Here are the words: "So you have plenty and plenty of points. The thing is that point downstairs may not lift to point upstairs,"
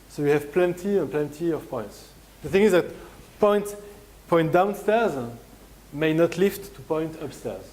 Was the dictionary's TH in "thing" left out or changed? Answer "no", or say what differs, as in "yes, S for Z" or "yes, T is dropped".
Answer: no